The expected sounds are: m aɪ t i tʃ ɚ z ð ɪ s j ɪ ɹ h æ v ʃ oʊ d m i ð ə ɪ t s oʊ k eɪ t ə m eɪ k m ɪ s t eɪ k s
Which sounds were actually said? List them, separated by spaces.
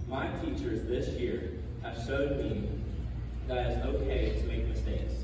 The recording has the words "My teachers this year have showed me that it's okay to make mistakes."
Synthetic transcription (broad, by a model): m aɪ t i tʃ ɚ z ð ɪ s j ɪ ɹ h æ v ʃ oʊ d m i ð ə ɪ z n oʊ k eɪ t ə m eɪ k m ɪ s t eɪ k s